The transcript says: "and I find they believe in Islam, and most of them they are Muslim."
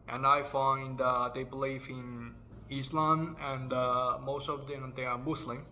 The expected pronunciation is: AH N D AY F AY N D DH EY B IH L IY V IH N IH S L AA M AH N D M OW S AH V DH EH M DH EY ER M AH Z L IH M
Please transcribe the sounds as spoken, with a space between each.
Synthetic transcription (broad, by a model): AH N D AY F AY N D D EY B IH L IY F IH N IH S L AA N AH N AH M OW S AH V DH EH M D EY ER M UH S L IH M